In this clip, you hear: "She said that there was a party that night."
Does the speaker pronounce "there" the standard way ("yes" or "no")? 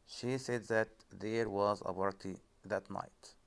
yes